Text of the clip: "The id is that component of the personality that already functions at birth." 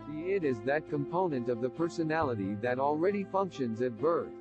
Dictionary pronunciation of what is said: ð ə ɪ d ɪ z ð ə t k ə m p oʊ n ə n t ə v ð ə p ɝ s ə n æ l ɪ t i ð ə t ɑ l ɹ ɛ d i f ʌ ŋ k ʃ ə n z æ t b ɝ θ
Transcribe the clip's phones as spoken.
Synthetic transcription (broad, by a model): ɪ d ɪ z ð ə t k ə m p oʊ n ə n t ə v ð ə p ɝ s ə n æ l ɪ t i ð ə t l ɹ ɛ d i f ʌ ŋ k ʃ ə n z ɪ t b ɝ θ